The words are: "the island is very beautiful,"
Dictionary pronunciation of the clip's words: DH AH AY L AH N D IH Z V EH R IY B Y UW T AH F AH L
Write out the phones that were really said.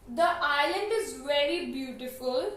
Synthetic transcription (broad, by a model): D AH AY L AH N D IH Z V EH R IY B Y UW T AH F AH L